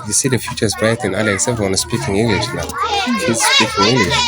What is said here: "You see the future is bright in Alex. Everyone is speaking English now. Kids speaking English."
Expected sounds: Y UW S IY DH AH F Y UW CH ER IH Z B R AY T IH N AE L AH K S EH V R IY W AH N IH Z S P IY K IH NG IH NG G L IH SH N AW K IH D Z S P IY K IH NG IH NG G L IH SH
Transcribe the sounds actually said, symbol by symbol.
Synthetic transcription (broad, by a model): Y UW S IY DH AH F Y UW CH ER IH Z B AY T IH N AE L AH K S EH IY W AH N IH S P IY K IH NG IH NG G L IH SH N AW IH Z S P IY K IH NG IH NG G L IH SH